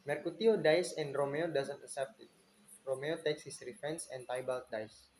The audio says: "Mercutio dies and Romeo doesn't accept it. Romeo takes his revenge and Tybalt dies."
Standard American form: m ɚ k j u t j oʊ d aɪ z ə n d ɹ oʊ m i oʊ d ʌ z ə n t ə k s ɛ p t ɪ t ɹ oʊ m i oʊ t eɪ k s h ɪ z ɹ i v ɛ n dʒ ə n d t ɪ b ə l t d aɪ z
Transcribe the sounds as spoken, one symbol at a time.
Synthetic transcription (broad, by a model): m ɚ k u t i oʊ d aɪ s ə n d ɹ oʊ m i oʊ d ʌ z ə n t ə k s ɛ p t ɪ t ɹ oʊ m i oʊ t eɪ k s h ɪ s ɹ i f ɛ n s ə n t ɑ b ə l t d aɪ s